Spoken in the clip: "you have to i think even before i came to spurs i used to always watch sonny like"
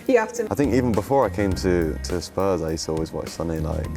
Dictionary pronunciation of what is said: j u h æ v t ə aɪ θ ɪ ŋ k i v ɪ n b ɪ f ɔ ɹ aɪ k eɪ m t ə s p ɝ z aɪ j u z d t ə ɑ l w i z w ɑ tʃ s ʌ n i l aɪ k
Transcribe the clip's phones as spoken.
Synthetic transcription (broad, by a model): j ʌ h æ f t ə aɪ θ ɪ ŋ k i v ɪ n b ɪ f ɔ ɹ aɪ k eɪ m t ə s p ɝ z aɪ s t ɑ l w i z w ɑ tʃ s ʌ n i l aɪ k